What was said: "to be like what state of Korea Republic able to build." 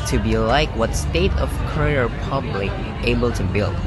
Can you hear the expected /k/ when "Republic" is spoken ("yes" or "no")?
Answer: no